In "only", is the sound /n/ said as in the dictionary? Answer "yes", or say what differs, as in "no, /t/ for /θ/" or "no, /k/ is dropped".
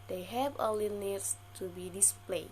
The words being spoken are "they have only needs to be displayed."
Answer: no, /n/ is dropped